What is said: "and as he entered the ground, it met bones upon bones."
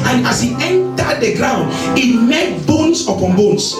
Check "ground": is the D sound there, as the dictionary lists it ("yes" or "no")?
yes